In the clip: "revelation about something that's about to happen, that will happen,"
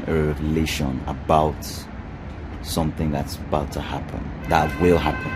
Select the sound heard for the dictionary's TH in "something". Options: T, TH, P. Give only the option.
TH